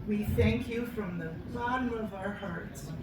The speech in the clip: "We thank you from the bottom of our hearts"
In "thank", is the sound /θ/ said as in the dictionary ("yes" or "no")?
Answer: yes